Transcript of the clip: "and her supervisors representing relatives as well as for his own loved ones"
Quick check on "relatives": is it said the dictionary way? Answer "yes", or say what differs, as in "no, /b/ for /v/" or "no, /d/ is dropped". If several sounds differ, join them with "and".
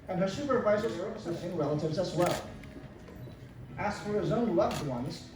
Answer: yes